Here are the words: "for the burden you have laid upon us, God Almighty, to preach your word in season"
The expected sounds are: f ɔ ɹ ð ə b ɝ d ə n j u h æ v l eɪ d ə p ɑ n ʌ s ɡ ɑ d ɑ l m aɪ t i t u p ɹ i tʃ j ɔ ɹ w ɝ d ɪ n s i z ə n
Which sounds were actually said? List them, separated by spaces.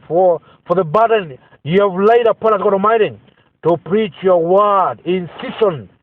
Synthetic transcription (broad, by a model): f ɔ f ð ə b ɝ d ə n j u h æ v l eɪ d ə p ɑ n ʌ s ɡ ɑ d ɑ m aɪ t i t u p ɹ i tʃ j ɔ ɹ w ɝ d ɪ n s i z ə n